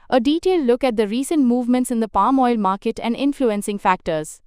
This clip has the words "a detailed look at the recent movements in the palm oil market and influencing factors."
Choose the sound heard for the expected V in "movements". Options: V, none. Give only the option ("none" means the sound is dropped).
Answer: V